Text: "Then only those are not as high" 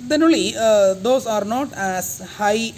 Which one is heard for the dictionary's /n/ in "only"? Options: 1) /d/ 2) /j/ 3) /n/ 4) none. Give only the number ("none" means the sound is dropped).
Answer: 4